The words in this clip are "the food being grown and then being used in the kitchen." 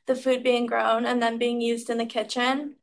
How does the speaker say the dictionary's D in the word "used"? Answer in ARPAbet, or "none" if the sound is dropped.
D